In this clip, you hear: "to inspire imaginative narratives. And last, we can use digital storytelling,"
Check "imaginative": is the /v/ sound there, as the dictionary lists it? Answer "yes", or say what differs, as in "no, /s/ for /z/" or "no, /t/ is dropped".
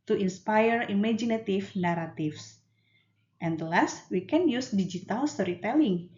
no, /f/ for /v/